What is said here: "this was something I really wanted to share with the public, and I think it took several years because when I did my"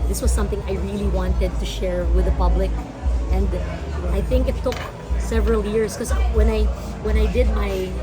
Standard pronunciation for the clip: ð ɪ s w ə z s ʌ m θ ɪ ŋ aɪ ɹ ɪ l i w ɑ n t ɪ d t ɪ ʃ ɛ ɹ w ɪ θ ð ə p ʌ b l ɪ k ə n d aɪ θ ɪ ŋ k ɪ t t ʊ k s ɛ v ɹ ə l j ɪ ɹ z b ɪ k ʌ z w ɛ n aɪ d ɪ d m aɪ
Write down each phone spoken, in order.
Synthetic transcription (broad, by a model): ð ɪ s w ə z s ʌ m θ ɪ ŋ aɪ ɹ ɪ l i w ɑ n t ɪ d t ɪ ʃ ɛ ɹ w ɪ ð ə p ʌ b l ɪ k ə n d aɪ θ ɪ ŋ k ɪ t t ʊ k s ɛ v ɹ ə l j ɪ ɹ z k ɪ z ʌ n w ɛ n aɪ d ɪ d m aɪ